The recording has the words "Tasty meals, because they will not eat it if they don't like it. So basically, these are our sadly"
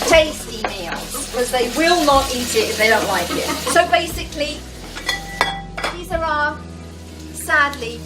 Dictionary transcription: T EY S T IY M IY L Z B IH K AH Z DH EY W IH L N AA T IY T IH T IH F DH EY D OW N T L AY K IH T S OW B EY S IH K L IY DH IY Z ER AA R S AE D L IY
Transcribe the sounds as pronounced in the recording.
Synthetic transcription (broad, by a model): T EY S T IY M IY L Z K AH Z DH EY W IH L N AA T IY T IH T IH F DH EY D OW N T L AY K IH T S OW B EY S IH K L IY DH IY Z ER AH S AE D L IY